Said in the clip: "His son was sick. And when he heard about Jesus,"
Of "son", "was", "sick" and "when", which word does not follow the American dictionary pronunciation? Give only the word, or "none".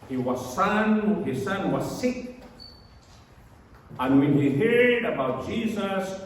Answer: none